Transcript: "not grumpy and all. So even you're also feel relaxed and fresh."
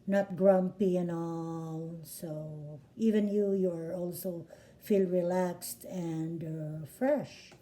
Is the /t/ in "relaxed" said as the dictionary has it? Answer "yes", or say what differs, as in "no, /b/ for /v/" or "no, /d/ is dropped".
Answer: yes